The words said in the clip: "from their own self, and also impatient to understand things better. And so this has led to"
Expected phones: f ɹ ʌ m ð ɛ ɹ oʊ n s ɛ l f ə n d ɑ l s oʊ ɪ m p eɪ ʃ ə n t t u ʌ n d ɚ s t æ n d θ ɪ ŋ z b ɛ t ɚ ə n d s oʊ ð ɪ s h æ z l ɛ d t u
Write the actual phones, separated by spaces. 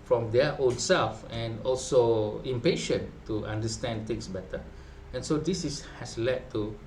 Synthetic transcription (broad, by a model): f ɹ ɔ m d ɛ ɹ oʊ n s ɛ l f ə n ɑ l s oʊ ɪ m p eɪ ʃ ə n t t u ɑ n d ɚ s t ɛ n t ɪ ŋ s b ɛ t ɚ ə n s oʊ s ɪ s h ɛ s l ɛ d t u